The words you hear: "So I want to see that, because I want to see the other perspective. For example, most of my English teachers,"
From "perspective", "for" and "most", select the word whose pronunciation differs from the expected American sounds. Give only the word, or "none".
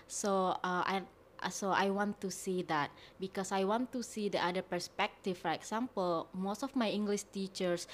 perspective